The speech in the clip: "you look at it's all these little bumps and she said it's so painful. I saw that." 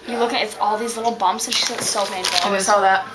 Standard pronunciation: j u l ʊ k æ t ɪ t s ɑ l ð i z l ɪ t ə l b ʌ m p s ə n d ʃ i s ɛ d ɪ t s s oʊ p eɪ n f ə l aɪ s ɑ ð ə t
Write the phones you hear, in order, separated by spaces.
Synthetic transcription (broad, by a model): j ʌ l ʊ k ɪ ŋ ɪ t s ɑ l ð i z l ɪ t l b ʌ m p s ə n ʃ i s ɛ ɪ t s s oʊ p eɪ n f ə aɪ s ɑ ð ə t